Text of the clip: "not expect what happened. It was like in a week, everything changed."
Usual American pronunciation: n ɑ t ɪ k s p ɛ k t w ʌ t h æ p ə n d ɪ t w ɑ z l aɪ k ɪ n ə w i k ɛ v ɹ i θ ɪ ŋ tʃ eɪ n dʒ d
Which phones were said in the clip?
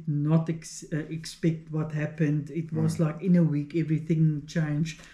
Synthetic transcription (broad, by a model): n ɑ t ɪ k s p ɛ k t w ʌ t h æ p ə n d ɪ t w ɑ z l aɪ k ɪ n ə w i k ɛ v ɹ i θ ɪ ŋ tʃ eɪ n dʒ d